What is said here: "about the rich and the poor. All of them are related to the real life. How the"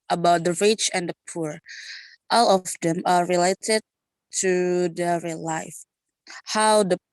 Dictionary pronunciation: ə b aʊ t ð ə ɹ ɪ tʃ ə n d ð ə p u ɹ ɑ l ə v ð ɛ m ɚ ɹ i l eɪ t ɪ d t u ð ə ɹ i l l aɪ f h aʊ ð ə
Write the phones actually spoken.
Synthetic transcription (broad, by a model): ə b aʊ t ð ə ɹ ɪ tʃ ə n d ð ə p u ɹ ɑ l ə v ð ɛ m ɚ ɹ i l eɪ t ɪ d t u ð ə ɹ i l l aɪ f h aʊ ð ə